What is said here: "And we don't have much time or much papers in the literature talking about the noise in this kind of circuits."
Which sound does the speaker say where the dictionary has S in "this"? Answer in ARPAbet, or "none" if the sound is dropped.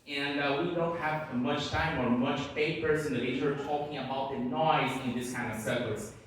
S